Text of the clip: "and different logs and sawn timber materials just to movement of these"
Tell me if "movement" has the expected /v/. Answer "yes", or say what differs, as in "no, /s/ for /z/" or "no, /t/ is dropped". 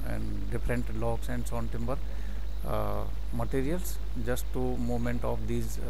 no, /v/ is dropped